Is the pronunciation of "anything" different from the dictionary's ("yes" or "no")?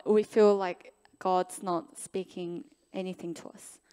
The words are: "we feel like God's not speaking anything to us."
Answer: no